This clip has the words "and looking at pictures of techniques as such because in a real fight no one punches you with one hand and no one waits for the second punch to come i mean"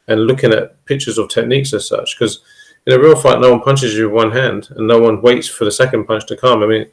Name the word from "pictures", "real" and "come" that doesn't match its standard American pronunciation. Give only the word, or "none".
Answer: none